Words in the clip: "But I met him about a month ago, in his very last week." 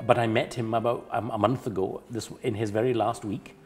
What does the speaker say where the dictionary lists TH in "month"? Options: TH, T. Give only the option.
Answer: TH